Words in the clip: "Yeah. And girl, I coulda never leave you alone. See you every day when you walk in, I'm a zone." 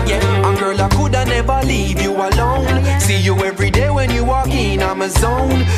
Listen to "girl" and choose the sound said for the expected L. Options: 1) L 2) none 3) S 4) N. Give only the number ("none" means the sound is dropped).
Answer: 1